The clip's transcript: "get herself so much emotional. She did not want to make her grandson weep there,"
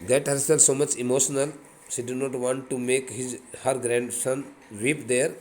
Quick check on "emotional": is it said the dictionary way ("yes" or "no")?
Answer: yes